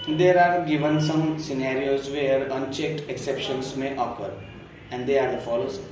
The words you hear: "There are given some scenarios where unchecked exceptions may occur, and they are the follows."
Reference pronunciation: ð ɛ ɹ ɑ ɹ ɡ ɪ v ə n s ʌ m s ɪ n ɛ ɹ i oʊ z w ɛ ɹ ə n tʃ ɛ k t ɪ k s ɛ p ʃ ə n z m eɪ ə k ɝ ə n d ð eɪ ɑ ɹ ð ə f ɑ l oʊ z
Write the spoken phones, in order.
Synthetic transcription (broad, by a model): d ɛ ɹ ɑ ɹ ɡ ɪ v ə n s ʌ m s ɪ n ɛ ɹ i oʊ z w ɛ ɹ ə n tʃ ɛ k t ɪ k s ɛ p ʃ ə n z m eɪ ə k ɝ ə n d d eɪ ɑ ɹ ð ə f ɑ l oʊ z